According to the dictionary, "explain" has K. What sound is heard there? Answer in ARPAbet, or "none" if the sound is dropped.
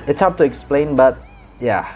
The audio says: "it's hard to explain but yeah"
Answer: K